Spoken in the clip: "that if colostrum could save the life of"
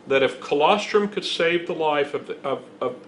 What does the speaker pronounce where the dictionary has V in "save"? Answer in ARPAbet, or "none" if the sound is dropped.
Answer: V